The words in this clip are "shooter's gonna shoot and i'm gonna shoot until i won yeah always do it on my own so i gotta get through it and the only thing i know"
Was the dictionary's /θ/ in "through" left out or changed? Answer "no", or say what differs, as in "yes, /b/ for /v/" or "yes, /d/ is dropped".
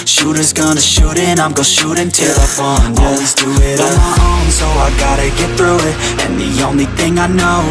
no